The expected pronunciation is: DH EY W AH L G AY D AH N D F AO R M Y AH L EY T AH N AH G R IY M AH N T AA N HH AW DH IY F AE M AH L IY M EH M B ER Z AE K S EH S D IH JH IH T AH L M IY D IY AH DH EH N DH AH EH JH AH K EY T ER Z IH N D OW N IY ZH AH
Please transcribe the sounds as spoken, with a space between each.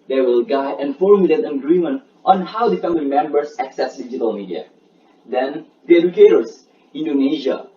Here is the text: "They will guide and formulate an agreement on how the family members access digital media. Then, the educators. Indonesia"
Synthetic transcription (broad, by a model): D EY W AH L G AY AH N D F AO R M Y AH L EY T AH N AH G R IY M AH N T AA N HH AW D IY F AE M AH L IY M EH M B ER S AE K S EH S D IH JH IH T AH L M IY D IY AH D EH N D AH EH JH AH K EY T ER S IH N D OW N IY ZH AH